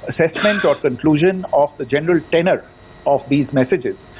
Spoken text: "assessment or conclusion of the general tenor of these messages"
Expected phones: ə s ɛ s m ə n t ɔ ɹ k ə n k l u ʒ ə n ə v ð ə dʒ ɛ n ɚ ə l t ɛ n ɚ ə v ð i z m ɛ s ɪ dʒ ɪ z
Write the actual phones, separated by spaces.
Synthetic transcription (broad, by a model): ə s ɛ s m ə n t ɔ ɹ k ə n k l u ʒ ə n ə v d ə dʒ ɛ n ɚ ə l t ɛ n ɚ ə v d i z m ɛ s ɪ dʒ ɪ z